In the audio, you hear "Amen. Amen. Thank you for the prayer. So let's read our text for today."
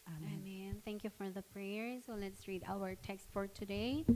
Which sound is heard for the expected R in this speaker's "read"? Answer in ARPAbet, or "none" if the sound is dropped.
R